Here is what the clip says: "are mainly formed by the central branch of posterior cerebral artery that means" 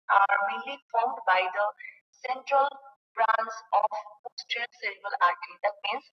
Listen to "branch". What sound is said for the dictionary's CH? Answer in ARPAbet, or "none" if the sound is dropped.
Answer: S